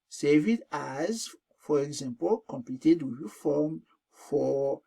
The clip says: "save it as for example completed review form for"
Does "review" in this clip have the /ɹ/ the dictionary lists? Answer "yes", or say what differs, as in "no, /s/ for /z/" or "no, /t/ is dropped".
no, /w/ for /ɹ/